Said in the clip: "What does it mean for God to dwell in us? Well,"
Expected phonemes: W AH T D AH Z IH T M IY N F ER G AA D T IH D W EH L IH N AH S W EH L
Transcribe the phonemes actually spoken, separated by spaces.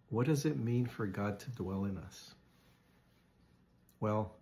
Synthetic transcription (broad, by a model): W AH T D AH Z IH T M IY N F ER G AA D T IH D W EH L IH N AH S W EH L